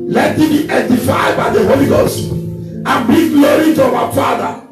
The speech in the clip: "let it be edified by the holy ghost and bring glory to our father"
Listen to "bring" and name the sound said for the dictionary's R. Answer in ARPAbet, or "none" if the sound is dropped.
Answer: none